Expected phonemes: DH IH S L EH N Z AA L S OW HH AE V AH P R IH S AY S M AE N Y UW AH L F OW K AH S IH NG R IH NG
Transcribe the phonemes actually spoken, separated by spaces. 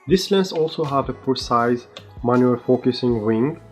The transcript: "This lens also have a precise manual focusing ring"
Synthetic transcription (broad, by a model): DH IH S L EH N S AA L S OW HH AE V AH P IH S AY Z M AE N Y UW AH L F OW K AH S IH NG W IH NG